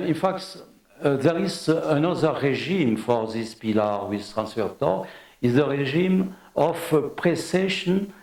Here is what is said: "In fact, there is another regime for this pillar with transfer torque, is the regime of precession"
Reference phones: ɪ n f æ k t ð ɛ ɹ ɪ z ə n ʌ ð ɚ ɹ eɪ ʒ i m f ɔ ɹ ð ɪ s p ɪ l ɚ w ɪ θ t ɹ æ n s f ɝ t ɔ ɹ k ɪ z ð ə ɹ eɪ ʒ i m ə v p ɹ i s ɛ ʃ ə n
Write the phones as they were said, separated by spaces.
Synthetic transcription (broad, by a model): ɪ n f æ k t ð ɛ ɹ ɪ z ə n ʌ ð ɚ ɹ eɪ ʒ i m f ɔ ɹ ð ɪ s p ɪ l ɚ w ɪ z t ɹ æ n s f ɝ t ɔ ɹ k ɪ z ð ə ɹ eɪ ʒ i m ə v p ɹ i s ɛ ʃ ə n